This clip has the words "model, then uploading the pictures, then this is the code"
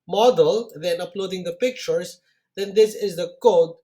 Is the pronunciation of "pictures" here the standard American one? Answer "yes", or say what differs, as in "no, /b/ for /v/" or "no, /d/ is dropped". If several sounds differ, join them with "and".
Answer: no, /s/ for /z/